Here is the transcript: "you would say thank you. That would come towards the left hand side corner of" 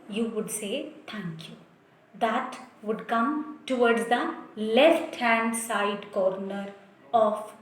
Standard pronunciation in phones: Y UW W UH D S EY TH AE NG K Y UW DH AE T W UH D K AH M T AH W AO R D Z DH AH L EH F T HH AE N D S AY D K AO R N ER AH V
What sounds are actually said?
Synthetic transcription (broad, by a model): Y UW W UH D S EY T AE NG K Y UW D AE T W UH D K AH M T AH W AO R D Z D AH L EH F T HH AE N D S AY D K AO R N ER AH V